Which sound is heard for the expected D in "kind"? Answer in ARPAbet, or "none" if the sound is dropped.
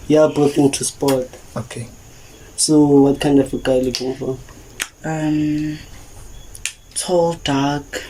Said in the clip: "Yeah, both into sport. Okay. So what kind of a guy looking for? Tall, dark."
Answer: D